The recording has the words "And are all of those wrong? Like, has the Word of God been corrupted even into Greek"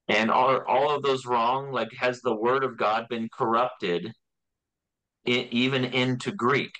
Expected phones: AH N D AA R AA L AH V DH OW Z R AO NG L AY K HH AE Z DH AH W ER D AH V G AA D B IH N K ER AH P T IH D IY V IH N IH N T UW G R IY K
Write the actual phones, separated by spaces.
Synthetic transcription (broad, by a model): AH N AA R AA L AH V DH OW Z R AO NG L AY K HH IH Z DH AH W ER D AH V G AA D B IH N K ER AH P T IH D IY V IH N IH N T UW G R IY K